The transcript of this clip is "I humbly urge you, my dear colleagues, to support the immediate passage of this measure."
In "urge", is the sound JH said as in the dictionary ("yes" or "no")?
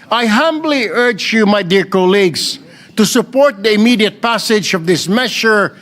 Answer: yes